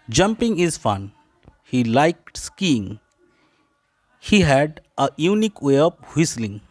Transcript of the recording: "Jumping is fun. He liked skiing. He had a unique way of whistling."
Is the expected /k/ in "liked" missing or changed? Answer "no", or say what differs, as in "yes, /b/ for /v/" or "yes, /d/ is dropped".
no